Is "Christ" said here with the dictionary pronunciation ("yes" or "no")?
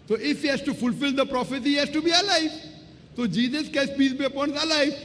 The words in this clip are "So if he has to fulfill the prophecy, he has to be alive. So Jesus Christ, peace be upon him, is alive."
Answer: no